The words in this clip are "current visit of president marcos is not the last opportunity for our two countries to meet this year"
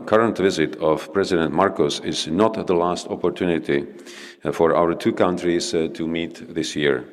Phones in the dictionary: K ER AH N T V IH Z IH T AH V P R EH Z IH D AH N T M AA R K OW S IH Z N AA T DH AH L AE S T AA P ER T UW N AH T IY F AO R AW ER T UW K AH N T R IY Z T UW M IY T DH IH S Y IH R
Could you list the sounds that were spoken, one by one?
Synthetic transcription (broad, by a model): K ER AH N T V IH Z IH T AH V P R EH Z IH D AH N T M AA R K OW S IH Z N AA T DH AH L AE S T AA P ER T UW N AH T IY F AO R AW ER T UW K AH N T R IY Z T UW M IY T DH IH S Y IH R